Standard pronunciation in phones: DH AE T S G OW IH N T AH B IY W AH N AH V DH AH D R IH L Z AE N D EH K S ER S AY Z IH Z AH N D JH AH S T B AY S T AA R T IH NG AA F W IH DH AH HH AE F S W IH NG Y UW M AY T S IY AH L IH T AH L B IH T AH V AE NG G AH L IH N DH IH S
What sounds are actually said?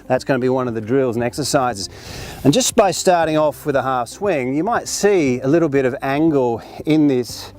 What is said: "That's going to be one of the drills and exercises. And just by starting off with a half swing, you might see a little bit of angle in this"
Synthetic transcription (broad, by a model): DH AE T S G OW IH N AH B IY W AH N AH V DH AH D R IH L Z N EH K S ER S AY Z IH Z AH N JH AH S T B AY S T AA R T IH NG AA F W IH DH AH HH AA F S W IH NG Y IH M AY T S IY AH L IH T L B IH T AH V AE NG G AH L IH N DH IH S